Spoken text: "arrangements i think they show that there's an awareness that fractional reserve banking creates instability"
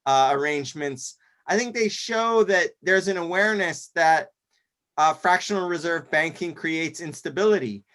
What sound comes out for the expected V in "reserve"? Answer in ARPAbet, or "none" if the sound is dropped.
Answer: V